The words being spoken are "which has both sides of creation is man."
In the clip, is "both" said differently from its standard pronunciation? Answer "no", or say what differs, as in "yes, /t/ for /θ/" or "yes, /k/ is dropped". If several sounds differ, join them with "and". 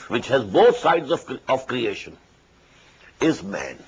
yes, /t/ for /θ/